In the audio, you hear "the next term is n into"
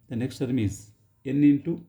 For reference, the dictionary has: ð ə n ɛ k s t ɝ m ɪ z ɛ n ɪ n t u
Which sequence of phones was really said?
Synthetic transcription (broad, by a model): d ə n ɛ k s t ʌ m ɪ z ɛ n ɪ n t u